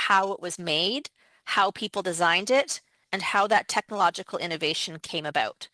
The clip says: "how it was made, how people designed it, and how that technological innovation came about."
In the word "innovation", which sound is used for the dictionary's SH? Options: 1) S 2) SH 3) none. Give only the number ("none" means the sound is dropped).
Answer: 2